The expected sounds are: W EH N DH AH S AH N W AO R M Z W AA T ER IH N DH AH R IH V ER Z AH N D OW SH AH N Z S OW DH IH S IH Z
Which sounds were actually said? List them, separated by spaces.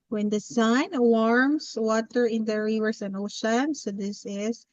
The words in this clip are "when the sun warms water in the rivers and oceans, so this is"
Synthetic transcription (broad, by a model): W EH N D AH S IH N W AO R M S W AA T ER IH N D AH R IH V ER S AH N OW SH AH N S OW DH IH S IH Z